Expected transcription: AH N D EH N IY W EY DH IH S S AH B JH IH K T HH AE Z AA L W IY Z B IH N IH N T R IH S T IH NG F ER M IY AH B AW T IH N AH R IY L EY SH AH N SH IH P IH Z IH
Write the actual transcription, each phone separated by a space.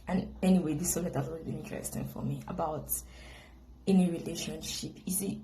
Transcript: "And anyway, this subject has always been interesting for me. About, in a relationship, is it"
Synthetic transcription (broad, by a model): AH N EH N IY W EY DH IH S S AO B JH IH T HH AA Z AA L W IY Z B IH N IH N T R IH S T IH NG F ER M IY AH B AW T IH N AH R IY L EY SH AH N SH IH P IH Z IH